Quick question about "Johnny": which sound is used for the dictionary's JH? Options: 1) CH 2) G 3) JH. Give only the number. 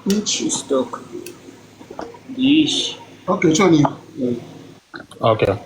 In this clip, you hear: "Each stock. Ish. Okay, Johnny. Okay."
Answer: 1